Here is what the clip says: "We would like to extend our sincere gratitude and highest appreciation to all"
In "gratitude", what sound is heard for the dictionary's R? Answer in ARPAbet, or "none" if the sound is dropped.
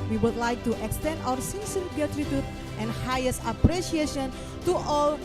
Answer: none